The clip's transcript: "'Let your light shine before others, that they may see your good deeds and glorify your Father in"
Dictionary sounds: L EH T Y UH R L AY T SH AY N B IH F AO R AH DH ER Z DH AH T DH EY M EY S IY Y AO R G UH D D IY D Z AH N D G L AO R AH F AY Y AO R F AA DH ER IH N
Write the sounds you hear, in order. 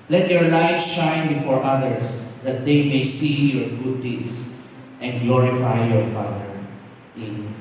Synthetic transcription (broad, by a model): L EH T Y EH R L AY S SH AY N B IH F AO R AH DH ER S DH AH T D EY M EY S IY Y AO R G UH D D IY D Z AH N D G L AO R AH F AY Y AO R F AA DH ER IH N